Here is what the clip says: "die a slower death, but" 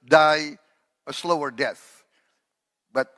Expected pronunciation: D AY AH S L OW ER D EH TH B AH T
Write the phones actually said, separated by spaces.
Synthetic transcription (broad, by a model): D AY AH S L OW ER D EH TH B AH T